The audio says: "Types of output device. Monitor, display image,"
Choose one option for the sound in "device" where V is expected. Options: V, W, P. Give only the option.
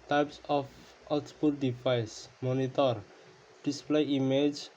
P